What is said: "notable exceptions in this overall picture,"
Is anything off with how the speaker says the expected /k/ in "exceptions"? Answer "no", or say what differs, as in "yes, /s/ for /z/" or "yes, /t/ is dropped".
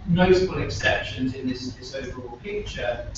no